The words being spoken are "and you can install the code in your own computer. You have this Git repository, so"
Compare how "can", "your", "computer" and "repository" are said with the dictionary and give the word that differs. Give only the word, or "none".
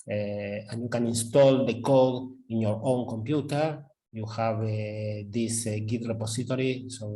repository